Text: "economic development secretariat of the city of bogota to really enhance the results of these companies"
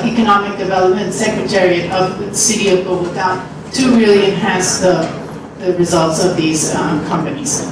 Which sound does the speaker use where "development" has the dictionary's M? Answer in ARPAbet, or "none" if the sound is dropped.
M